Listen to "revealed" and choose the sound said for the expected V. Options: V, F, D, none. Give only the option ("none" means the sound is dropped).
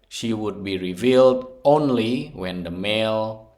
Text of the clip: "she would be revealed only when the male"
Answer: V